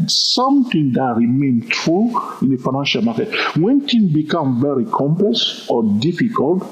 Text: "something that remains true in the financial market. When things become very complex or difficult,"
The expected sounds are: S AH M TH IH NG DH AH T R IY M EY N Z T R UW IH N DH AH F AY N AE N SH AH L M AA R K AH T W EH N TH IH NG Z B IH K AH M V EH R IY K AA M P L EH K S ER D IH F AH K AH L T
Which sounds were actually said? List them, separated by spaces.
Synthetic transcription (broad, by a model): S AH M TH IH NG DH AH T R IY M EY N T R UW IH N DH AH F AY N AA N SH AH L M AA K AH T W EH N T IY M B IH K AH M V EH R IY K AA M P L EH S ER D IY F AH K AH L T